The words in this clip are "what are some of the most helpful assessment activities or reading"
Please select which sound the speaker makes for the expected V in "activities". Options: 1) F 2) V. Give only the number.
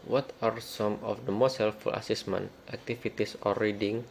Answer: 1